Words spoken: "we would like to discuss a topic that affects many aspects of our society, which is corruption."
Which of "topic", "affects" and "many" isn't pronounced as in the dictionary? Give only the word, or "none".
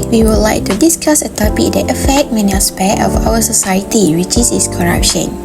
affects